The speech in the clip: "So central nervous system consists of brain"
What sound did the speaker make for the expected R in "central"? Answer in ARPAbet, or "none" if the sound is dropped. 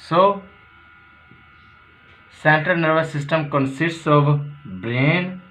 none